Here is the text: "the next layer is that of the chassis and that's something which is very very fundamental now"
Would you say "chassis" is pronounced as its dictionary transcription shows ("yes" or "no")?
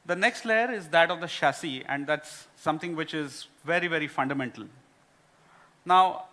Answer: no